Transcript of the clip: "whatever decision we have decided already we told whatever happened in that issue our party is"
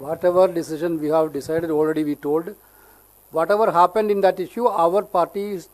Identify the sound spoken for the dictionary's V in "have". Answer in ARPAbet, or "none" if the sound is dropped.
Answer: V